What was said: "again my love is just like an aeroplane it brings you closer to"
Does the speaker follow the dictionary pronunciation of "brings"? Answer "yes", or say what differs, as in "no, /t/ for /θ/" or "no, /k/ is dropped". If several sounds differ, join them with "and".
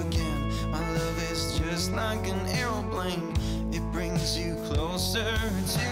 yes